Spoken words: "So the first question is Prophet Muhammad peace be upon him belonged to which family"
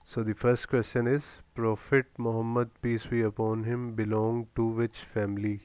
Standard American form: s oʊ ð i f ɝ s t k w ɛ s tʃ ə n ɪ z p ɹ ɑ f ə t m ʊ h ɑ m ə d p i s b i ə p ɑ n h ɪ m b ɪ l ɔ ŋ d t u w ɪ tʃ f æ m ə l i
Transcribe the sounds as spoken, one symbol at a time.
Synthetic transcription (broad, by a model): s oʊ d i f ɝ s t k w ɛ s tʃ ə n ɪ z p ɹ ɑ f ə t m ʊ h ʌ m ə d p i s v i ə p ɑ n h ɪ m b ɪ l ɔ ŋ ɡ t u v ɪ tʃ f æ m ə l i